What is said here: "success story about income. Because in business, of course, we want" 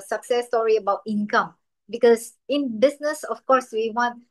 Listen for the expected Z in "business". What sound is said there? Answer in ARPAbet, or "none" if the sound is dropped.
S